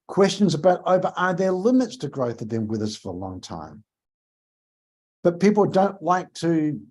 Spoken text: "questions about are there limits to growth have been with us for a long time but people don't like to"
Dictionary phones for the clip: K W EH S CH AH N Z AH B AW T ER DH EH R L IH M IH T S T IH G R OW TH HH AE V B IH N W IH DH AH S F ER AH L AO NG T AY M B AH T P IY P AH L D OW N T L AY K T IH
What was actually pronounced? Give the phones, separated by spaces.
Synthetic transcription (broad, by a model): K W EH S CH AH N Z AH B AW T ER DH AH R L IH M IH T S T IH G R OW TH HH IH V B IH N W IH DH AH S F ER AH L AO NG T AY M B AH T P IY P L D OW N T L AY K T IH